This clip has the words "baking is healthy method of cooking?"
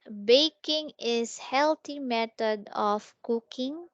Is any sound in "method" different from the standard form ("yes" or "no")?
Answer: yes